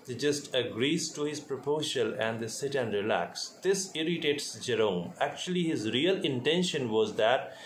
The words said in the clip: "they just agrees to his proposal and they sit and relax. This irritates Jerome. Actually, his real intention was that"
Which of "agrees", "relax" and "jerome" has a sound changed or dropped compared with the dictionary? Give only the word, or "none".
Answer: none